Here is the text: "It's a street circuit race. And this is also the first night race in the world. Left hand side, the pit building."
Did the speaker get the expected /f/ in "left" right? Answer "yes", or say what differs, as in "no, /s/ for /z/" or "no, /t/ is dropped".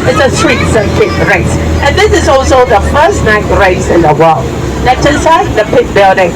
no, /f/ is dropped